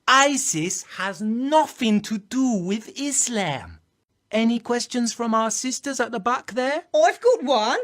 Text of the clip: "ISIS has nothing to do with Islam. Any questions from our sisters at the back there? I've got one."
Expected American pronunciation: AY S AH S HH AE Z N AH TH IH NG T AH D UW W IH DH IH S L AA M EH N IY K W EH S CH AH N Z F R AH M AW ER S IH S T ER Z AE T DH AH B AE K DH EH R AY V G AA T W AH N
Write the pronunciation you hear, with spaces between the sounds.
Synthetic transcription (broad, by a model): AY S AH S HH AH Z N AH TH IH NG T AH D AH W IH DH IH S L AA M EH N IY K W EH S CH AH N Z F R AH M AW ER S IH S T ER Z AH T DH AH B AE K DH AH R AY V G AA T W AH N